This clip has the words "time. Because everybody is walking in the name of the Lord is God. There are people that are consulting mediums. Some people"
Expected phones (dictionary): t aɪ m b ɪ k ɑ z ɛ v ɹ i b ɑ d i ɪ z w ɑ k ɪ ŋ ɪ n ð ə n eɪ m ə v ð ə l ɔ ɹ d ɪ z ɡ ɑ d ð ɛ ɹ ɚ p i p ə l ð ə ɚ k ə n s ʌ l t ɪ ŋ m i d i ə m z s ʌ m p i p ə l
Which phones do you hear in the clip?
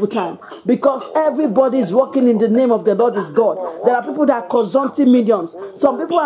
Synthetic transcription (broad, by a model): t aɪ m b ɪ k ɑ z ɛ v ɹ i b ɑ d i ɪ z w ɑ k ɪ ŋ ɪ n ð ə n eɪ m ə v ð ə l ɔ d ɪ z ɡ ɑ d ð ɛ ɹ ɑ p i p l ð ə k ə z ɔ n t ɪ m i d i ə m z s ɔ m p i p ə